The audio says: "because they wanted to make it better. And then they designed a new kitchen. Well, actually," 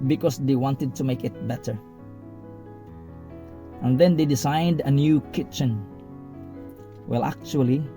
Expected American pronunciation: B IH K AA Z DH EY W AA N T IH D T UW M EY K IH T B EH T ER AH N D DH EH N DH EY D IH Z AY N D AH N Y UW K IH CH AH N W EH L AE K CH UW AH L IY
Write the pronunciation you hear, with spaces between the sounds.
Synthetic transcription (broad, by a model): B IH K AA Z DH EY W AA N T IH D T UW M EY K IH T B EH T ER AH N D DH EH N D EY D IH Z AY N D AH N Y UW K IH CH AH N W EH L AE K CH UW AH L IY